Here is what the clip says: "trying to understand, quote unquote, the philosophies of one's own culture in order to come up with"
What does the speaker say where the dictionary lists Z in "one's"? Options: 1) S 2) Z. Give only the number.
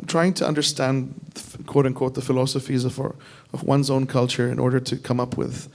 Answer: 2